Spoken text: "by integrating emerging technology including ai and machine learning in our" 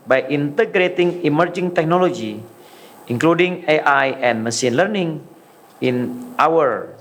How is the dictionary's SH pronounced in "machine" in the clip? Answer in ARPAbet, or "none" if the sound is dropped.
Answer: S